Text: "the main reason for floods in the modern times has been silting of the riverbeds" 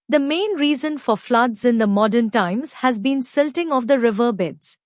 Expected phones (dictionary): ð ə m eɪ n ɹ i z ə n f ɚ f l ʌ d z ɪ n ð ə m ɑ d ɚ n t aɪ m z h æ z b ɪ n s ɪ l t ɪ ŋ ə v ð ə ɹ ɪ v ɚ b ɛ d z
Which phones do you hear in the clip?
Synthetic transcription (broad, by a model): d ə m eɪ n ɹ i z ə n f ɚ f l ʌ d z ɪ n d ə m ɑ d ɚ n t aɪ m z h æ z b ɪ n s ɪ l t ɪ ŋ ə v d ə ɹ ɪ v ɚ b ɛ d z